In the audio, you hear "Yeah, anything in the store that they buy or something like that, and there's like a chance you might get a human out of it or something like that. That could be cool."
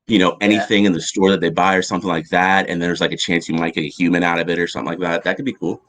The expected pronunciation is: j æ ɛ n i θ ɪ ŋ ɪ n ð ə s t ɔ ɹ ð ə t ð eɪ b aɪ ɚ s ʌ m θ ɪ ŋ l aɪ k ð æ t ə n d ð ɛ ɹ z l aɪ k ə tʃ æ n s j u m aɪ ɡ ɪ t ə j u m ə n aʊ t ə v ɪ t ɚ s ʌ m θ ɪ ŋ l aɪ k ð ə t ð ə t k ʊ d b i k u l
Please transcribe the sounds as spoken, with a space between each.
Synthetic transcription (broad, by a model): j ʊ ɛ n i θ ɪ ŋ ɪ n ð ə s t ɔ ɹ ð ə t ð eɪ b aɪ ɚ s ʌ m θ ɪ ŋ l aɪ k ð æ t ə n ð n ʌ w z l aɪ k ə tʃ æ n s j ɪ m aɪ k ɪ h j u m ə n aʊ t ə v ɪ t ɚ s ʌ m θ ɪ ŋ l aɪ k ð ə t ð ə t k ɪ d b i k u l